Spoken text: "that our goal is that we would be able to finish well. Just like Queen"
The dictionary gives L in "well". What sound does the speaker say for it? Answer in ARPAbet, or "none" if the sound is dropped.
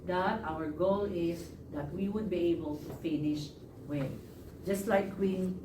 N